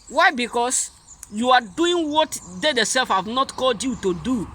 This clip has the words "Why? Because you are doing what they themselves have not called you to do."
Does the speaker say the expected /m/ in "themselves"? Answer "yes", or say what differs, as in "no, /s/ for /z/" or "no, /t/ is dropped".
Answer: no, /m/ is dropped